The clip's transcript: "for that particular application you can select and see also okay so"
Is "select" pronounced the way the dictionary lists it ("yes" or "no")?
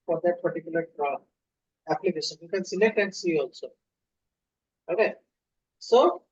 no